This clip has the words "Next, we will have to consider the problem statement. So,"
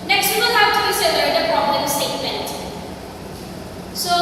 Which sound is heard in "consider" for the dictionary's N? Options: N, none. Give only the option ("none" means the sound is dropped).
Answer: none